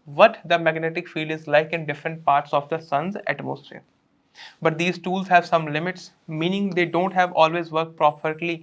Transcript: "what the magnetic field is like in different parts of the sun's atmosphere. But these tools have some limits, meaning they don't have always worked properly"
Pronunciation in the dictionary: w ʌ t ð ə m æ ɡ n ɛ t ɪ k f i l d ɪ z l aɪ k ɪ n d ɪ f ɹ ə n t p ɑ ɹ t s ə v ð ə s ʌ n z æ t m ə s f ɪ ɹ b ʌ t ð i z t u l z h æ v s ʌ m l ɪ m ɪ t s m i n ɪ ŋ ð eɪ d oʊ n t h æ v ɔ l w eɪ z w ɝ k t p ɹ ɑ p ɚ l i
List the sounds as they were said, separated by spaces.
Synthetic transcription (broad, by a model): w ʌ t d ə m æ ɡ n ɛ t ɪ k f i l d ɪ z l aɪ k ɪ n d ɪ f ɹ ə n t p ɑ ɹ t s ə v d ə s ʌ n z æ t m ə s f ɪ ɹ b ʌ t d i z t u l z h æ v s ʌ m l ɪ m ɪ t s m i n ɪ ŋ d eɪ d oʊ n t h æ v ɔ l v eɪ z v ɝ k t p ɹ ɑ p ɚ l i